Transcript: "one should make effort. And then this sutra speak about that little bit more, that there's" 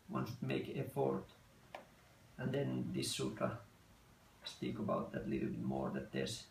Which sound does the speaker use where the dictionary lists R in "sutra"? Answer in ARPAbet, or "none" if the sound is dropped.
none